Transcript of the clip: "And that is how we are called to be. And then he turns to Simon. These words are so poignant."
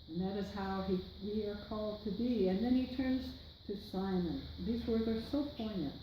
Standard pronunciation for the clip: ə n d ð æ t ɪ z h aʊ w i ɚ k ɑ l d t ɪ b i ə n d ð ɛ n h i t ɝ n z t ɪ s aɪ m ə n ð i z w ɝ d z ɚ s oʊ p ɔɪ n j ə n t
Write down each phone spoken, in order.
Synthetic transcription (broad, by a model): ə n ð æ t ɪ z h aʊ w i ɚ k ɑ l d t ɪ b i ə n ð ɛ n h i t ɝ n z t ɪ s aɪ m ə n ð i z w ɝ d z ɚ s oʊ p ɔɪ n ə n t